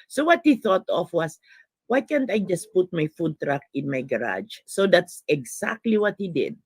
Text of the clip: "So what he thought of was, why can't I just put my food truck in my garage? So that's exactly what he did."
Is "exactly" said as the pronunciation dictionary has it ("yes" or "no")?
no